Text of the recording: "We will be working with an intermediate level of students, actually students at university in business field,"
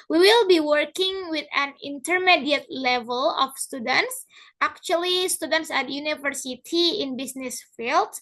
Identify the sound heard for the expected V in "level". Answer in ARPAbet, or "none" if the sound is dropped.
V